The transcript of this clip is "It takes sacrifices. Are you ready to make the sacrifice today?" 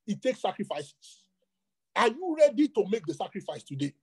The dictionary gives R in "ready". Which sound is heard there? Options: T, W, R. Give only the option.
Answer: R